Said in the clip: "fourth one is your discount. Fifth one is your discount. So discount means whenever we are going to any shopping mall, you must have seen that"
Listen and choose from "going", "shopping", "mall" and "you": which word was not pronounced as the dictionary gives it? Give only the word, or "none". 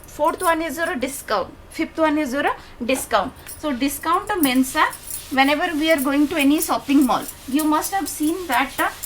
shopping